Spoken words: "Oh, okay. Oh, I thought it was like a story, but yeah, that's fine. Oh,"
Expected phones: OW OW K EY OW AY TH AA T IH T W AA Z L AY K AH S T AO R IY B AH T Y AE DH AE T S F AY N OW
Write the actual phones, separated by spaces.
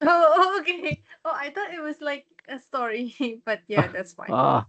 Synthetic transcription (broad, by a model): OW OW K EY OW AY T AA T IH T W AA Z L AY K AH S T AO R IY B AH T Y AE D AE T S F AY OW